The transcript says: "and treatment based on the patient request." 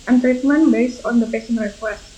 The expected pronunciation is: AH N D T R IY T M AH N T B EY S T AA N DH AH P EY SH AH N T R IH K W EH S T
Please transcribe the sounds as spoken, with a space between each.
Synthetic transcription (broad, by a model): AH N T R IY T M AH N B EY S T AA N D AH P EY S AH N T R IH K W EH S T